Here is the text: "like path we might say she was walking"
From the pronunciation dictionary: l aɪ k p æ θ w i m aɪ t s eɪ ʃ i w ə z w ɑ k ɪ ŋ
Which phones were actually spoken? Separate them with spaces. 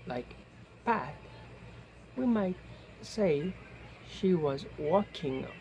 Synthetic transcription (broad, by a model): l aɪ k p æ t w i m aɪ t s eɪ ʃ i w ə z w ɑ k ɪ ŋ